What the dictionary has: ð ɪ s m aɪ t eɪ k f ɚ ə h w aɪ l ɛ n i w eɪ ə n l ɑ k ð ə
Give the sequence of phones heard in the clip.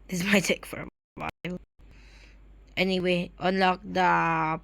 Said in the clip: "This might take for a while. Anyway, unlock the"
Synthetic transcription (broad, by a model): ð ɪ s m aɪ t eɪ k f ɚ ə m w aɪ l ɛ n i w eɪ ə n l ɑ k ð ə